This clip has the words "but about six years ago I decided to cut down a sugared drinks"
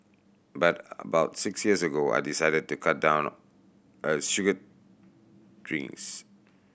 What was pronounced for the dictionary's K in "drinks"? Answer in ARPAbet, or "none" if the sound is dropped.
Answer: none